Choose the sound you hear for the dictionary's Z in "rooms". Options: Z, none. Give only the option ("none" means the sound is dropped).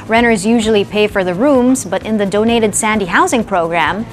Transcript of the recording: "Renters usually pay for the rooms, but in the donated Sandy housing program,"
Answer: Z